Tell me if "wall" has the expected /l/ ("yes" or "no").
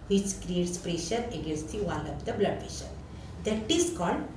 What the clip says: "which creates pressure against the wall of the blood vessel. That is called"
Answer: no